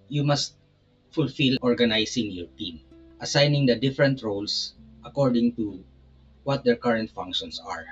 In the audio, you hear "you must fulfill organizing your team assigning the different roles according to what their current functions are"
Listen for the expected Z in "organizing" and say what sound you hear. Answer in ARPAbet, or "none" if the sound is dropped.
S